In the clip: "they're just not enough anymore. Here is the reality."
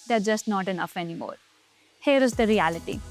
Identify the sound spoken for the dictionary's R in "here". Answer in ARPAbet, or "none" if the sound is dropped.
R